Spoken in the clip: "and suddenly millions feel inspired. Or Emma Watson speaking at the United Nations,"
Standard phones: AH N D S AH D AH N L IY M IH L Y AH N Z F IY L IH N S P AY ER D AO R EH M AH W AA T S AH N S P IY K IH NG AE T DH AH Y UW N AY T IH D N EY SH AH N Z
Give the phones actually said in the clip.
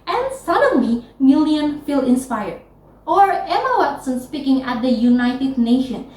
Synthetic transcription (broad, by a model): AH N S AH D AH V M IY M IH L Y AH N F IY L IH N S P AY ER D AO R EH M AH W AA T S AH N S P IY K IH NG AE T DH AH Y UW N AY T IH D N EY SH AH N